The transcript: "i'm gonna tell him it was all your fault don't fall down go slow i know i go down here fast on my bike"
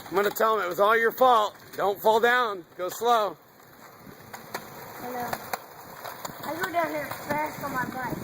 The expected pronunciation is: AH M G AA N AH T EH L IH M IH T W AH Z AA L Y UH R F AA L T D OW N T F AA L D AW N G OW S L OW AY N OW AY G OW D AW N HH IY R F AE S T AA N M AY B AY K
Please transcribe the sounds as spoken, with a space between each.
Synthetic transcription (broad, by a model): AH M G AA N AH T EH L IH M IH T W AH Z AA L Y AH R F AA L T D OW N T F AA L D AW N G OW S L OW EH L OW AY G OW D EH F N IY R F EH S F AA M AY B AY